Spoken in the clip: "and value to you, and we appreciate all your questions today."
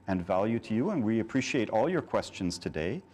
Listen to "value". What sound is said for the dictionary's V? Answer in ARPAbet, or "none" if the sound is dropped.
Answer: V